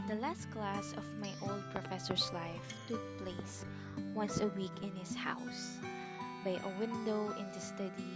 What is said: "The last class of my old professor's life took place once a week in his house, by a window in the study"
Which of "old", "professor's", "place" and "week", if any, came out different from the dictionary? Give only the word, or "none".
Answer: professor's